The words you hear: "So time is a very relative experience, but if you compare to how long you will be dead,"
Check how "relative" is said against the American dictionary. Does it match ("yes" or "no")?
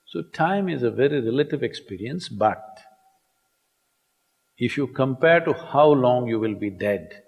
yes